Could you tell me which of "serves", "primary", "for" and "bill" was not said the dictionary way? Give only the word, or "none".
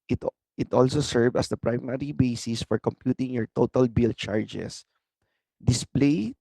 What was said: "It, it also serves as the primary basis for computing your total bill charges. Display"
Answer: serves